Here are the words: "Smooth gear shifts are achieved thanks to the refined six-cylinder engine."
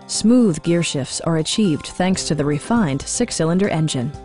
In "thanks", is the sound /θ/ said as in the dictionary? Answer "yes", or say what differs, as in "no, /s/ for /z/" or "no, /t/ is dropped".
yes